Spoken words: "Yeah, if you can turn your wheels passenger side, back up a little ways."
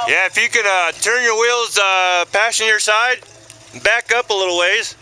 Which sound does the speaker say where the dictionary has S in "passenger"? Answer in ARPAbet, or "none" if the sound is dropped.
SH